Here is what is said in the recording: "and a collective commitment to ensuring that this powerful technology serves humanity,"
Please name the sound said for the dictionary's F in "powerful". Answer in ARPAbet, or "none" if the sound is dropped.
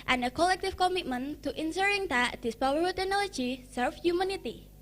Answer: none